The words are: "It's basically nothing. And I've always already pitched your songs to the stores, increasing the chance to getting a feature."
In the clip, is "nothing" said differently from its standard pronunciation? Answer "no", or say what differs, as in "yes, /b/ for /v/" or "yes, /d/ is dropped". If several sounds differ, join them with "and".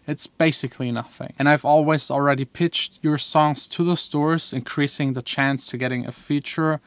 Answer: no